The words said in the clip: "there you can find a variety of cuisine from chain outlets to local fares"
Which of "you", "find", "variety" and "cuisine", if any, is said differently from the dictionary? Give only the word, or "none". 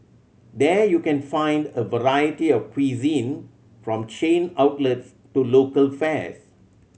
none